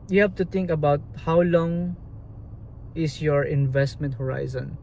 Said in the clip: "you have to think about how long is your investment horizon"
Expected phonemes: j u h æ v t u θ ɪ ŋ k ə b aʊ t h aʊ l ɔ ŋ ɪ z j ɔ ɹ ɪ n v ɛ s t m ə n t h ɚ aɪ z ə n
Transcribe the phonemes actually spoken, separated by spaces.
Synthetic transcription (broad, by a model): j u h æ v t u t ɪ ŋ k ə b aʊ t h aʊ l ɔ ŋ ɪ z j ɔ ɹ ɪ n v ɛ s t m ə n t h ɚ aɪ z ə n